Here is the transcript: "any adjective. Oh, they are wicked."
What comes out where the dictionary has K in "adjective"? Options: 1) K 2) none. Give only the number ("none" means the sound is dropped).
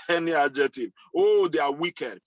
2